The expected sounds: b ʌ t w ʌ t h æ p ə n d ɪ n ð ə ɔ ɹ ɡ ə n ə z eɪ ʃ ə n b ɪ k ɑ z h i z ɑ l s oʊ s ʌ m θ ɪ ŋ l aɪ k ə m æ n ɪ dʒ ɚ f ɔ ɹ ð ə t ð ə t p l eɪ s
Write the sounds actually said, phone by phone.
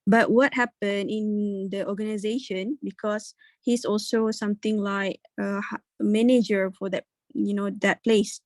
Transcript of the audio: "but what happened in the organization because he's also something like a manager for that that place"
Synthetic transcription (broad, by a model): b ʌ t w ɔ t h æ p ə n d ɪ n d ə ɔ ɡ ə n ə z eɪ ʃ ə n b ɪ k ɑ s h i s ɑ l s oʊ s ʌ m t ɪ ŋ l aɪ k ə m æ n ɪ dʒ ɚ f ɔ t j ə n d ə t p l eɪ s